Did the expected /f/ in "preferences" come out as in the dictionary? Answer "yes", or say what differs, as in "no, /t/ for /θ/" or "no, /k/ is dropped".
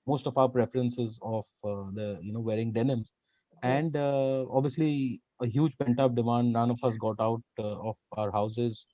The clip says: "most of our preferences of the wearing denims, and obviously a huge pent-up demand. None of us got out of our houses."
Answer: yes